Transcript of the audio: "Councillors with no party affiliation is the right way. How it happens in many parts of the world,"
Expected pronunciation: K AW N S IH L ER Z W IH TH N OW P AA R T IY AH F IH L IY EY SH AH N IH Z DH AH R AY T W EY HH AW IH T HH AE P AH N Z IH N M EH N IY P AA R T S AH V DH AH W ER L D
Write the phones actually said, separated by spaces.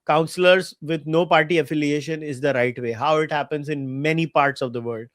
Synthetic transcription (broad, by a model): K AW N S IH L ER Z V IH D N OW P AA R T IY AH F IH L IY EY SH AH N IH Z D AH R AY T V EY HH AW IH T HH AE P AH N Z IH N M EH N IY P AA R T S AH V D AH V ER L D